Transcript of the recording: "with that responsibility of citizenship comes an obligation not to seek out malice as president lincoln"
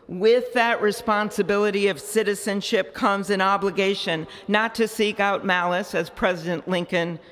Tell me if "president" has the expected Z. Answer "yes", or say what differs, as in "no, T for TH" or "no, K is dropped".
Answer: yes